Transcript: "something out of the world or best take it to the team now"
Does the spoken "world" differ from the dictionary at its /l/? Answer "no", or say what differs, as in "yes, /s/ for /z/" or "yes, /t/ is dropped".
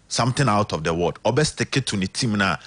yes, /l/ is dropped